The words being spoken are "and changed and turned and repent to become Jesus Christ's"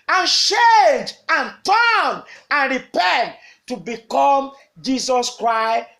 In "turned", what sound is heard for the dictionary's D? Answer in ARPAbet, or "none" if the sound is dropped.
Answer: none